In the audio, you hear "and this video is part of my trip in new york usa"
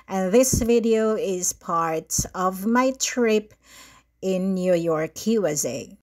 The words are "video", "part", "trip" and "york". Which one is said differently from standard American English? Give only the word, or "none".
none